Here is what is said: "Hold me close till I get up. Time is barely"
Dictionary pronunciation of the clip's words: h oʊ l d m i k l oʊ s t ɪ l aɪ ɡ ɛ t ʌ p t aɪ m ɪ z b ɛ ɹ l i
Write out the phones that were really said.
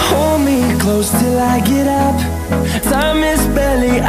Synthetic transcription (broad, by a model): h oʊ l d m i k l oʊ s t ɪ l aɪ ɡ ɛ t ʌ p s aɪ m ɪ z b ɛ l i